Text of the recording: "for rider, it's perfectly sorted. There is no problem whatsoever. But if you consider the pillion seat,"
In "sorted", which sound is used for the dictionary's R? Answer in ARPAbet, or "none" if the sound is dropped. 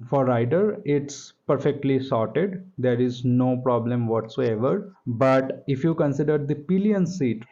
R